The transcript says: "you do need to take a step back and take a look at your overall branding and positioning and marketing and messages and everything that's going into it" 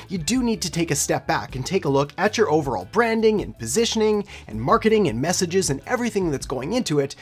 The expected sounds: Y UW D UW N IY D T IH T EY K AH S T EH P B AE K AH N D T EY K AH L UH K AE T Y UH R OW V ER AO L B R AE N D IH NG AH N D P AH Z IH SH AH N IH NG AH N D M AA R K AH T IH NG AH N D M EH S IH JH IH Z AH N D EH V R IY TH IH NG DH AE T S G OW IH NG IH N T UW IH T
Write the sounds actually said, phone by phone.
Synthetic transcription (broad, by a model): Y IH D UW N IY D T IH T EY K AH S T EH P B AE K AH N T EY K AH L UH K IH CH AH R OW V ER AO L B R AE N D IH NG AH N P AH Z IH SH AH N IH NG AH N M AA R K AH T IH NG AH N M EH S IH JH IH Z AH N EH V R IY TH IH NG DH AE T S G OW IH NG IH N T UW IH T